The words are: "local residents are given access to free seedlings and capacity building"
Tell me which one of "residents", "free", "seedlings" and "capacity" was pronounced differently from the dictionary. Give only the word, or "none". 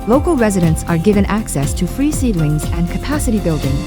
none